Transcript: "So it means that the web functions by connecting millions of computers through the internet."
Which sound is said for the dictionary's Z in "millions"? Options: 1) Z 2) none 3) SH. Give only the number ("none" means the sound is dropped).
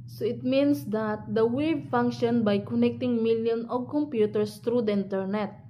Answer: 2